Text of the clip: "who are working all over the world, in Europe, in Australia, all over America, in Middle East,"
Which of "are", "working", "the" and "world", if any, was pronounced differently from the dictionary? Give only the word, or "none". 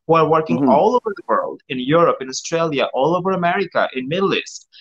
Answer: none